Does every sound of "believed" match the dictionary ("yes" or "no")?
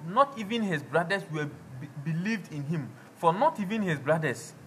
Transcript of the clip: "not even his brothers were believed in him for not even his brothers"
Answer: yes